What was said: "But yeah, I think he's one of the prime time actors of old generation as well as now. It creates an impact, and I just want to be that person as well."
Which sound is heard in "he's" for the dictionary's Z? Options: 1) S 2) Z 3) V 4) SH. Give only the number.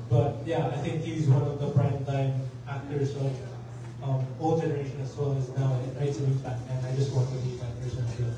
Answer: 2